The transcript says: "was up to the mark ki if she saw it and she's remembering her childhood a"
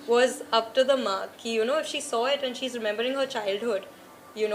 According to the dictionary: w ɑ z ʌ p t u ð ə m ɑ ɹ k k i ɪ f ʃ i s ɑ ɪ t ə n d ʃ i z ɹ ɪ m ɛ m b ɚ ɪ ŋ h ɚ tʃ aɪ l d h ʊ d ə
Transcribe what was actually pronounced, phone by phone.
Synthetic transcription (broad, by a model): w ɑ z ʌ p t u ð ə m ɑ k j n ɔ ɪ f ʃ i s ɑ ɪ t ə n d ʃ i z ɹ ɪ m ɛ m b ɚ ɪ ŋ h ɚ tʃ aɪ l d h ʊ d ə